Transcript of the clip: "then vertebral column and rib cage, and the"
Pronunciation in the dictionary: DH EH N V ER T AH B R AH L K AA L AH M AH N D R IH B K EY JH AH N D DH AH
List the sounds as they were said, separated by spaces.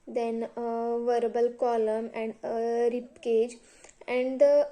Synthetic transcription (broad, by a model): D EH N V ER T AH B AH L K AA L AH M AH N D R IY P K EY JH AH N D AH